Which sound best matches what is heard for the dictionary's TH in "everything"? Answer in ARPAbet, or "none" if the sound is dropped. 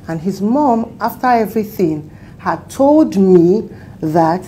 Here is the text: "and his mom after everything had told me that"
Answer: TH